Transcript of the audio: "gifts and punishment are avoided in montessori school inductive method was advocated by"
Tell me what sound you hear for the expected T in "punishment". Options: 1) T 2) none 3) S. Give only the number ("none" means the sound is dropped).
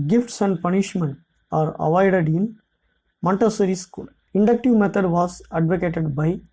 1